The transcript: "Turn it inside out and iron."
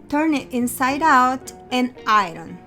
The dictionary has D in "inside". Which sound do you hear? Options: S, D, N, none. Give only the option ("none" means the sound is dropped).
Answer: D